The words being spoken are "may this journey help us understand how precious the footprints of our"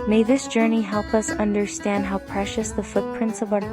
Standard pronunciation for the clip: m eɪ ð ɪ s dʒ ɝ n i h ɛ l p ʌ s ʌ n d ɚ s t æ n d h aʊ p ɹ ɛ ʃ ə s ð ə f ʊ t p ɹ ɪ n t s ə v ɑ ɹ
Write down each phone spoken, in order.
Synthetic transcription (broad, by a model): m eɪ ð ɪ s dʒ ɝ n i h ɛ l p ʌ s ʌ n d ɚ s t æ n d h aʊ p ɹ ɛ ʃ ə s ð ə f ʊ t p ɹ ɪ n t s ə v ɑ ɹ